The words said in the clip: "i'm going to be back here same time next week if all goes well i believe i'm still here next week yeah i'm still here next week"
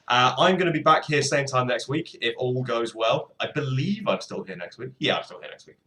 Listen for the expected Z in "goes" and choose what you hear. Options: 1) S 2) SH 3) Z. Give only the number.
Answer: 3